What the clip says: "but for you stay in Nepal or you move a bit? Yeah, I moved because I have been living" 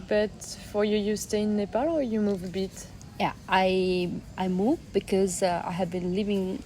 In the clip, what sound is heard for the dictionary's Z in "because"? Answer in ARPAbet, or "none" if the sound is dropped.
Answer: Z